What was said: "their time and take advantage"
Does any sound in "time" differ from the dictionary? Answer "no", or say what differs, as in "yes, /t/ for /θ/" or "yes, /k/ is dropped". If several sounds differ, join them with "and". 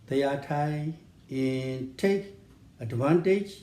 yes, /m/ is dropped